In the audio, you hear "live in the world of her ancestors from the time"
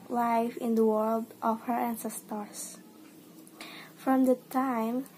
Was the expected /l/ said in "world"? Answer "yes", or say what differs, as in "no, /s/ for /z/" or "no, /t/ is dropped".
yes